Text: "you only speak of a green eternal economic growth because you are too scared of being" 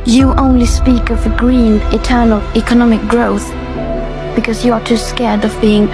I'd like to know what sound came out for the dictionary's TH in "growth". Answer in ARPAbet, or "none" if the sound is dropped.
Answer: TH